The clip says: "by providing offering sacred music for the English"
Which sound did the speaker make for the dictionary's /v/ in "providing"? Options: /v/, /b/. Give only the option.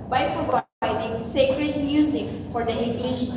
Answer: /b/